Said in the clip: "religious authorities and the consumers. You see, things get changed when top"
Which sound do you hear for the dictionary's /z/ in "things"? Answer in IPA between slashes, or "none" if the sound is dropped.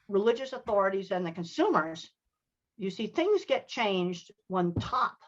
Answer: /z/